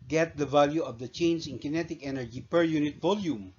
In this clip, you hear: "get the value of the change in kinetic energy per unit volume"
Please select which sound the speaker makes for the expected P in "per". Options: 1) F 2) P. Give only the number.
2